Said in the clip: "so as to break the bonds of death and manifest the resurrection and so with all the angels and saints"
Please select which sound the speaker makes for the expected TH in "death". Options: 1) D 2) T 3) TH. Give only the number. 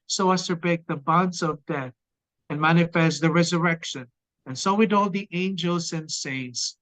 3